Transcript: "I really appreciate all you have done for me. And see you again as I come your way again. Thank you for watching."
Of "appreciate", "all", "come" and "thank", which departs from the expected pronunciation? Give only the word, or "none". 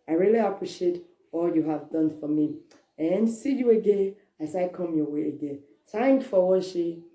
thank